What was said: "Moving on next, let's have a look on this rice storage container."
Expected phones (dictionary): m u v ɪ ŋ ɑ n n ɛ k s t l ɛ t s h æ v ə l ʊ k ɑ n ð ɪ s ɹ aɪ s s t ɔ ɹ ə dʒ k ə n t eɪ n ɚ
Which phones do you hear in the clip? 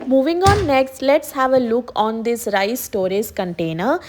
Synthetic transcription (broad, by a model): m u v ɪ ŋ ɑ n n ɛ k s t l ɛ t s h æ v ə l ʊ k ɑ n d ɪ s ɹ aɪ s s t ɔ ɹ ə z k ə n t eɪ n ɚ